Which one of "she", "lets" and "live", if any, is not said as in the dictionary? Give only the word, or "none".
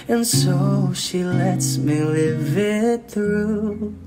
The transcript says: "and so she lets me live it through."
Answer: none